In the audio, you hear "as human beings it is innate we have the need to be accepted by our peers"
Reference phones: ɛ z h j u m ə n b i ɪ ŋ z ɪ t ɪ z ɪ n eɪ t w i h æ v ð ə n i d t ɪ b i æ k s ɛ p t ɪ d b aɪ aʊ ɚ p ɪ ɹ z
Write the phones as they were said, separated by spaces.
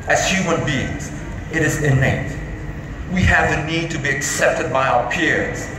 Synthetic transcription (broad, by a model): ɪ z h j u m ə n b i ɪ ŋ z ɪ t ɪ z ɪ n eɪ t w i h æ v ð ə n i d t ɪ b i æ k s ɛ p t ɪ d b aɪ aʊ ɚ p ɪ ɹ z